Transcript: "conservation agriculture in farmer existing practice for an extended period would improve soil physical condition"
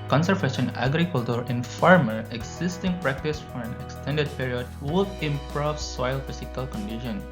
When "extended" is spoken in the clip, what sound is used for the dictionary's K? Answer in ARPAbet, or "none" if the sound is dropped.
K